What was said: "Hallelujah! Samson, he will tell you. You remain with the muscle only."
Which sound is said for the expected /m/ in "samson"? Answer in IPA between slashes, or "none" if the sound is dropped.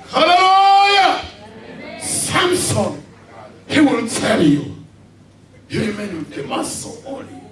/m/